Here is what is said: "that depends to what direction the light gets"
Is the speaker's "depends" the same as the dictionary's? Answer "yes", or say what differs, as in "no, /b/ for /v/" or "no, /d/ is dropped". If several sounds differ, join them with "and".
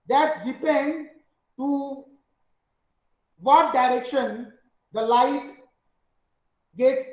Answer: no, /z/ is dropped